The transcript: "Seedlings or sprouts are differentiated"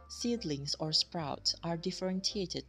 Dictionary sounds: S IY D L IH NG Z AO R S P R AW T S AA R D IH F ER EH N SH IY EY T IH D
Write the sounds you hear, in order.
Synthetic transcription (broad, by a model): S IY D L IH NG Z AO R S P R AW T S AA R D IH F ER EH N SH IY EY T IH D